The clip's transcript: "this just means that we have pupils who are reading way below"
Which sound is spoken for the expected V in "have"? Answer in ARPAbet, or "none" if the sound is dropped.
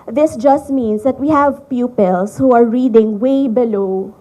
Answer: V